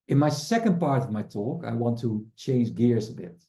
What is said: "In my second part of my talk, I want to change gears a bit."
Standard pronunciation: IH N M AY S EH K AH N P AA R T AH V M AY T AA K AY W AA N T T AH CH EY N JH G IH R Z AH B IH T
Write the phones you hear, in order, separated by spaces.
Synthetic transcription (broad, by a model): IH N M AY S EH K AH N P AA R T AH V M AY T AA K AY W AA N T T AH CH EY N JH G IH R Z AH B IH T